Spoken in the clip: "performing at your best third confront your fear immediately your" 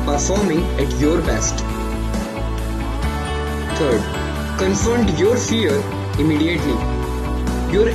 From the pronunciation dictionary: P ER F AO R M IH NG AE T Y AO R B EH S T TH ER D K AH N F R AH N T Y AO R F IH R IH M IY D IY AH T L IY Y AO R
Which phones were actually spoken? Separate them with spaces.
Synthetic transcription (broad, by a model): P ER F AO R M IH NG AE T Y AO R B EH S T T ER D K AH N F AH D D Y AO R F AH R IH M IY D IY AH T L IY Y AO R